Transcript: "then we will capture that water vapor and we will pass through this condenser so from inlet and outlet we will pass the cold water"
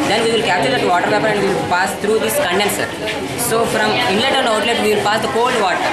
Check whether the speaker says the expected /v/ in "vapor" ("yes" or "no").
no